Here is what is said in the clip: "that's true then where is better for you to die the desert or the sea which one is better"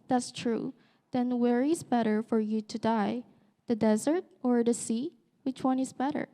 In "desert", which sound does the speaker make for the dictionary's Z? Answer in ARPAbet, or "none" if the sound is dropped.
Z